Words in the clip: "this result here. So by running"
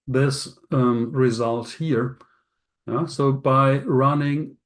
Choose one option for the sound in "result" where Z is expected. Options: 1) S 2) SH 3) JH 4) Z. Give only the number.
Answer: 4